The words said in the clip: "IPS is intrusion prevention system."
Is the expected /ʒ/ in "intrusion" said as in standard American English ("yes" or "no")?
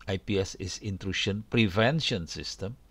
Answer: no